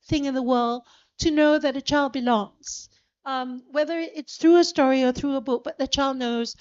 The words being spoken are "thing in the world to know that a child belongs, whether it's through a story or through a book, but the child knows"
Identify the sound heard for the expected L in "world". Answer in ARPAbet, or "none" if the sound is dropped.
L